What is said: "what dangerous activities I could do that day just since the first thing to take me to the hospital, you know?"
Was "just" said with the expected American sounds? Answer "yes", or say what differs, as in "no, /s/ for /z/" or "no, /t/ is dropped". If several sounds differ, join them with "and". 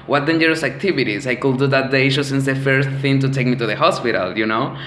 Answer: no, /ʃ/ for /dʒ/